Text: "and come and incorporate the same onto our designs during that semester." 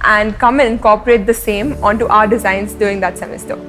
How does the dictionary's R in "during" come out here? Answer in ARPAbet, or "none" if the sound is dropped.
none